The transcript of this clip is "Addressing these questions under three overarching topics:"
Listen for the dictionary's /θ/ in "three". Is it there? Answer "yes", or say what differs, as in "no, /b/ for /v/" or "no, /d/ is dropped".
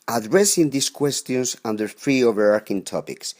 no, /f/ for /θ/